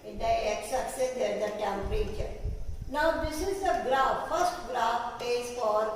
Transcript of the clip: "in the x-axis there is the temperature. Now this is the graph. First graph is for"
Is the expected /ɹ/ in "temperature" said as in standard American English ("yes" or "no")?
yes